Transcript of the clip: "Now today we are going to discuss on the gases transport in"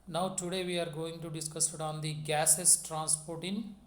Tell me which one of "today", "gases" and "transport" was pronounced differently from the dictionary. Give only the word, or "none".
gases